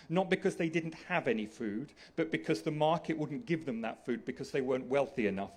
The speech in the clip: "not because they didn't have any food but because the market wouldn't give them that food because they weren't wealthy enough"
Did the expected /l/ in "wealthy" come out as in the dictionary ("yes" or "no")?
yes